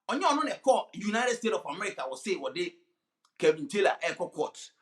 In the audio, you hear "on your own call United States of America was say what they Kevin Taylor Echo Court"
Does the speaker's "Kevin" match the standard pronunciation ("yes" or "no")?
no